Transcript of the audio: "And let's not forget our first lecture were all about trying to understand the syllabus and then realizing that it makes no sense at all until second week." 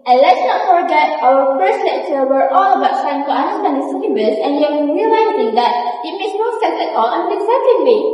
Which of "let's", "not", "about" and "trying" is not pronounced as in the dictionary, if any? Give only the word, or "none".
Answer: trying